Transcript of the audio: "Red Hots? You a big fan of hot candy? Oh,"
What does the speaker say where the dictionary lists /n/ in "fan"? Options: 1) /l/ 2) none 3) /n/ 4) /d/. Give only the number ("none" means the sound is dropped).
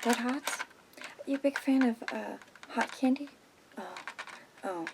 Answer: 3